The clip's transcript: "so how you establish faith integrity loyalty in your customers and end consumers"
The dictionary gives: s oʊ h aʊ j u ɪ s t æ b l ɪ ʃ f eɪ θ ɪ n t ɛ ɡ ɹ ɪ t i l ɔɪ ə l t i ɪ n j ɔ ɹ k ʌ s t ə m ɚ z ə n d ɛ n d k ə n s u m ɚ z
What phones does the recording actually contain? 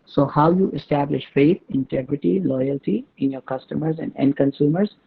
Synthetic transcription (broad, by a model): s oʊ h aʊ j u ɪ s t æ b l ɪ ʃ f eɪ t ɪ n t ɛ ɡ ɹ ɪ t i l ɔɪ ə l t i ɪ n j ɔ ɹ k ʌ s t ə m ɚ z ə n d ɛ n d k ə n s u m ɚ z